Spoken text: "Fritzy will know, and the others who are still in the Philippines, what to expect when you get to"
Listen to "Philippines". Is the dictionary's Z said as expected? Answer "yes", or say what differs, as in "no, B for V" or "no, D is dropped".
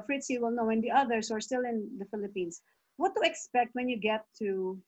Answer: no, S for Z